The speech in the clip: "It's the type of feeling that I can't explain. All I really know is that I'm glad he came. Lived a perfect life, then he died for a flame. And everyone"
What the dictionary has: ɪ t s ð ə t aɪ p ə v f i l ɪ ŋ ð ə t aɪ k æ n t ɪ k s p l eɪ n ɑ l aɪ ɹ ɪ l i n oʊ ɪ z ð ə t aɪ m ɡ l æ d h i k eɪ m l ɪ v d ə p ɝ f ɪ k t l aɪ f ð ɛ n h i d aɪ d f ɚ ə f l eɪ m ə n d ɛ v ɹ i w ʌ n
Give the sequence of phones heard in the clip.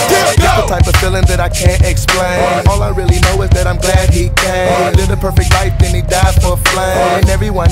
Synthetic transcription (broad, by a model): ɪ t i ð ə t aɪ p ə v f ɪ l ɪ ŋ ð ə t aɪ k æ n t ɪ k s p l eɪ n ɑ l aɪ ɹ ɪ l i n oʊ ɪ z ð ə t aɪ m ɡ l æ d h i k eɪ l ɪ d ə p ɝ f ɪ k t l aɪ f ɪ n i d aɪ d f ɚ ə f l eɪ ə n ɛ v ɹ i w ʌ n